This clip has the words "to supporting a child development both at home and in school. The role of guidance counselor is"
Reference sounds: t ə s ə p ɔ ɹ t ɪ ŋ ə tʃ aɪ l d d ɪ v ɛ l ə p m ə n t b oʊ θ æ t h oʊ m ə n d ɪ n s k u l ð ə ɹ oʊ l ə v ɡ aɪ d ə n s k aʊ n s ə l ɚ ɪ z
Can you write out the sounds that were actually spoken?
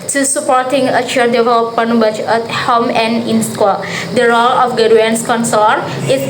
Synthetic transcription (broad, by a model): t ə s ə p ɔ ɹ t ɪ ŋ ə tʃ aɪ d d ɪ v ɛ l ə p ə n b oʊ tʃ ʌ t h oʊ m ə n d ɪ n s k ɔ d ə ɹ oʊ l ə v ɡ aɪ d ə n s k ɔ n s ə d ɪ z